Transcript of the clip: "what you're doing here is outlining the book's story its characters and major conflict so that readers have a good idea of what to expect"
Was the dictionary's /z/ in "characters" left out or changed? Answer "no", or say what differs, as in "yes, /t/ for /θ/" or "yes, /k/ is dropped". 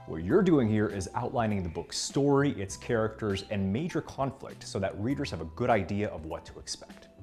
no